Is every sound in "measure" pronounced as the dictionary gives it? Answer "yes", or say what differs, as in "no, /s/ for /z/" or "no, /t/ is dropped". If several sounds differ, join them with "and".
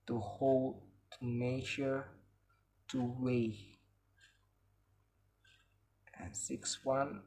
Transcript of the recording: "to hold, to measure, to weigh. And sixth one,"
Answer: no, /ʃ/ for /ʒ/